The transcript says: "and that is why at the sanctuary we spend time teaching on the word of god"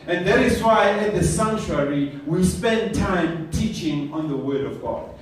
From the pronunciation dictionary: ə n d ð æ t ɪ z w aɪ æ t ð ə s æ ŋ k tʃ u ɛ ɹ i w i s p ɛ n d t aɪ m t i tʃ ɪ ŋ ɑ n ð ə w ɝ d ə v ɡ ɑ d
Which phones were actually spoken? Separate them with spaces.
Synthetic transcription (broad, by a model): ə n ð æ t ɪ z w aɪ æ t ð ə s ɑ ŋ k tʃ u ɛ ɹ i w i s p ɛ n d t aɪ m t i tʃ ɪ ŋ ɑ n ð ə w ɝ d ə v ɡ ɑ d